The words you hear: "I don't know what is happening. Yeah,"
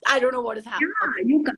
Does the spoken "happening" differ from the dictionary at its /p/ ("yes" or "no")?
yes